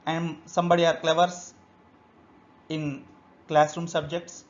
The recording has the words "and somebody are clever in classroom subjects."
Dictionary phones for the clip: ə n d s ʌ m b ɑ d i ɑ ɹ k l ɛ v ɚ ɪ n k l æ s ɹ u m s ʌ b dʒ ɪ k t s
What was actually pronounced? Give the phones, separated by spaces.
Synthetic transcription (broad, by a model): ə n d s ʌ m b ɑ d i ɑ ɹ k l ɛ v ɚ ɪ n k l æ s ɹ u m s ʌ b dʒ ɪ k t s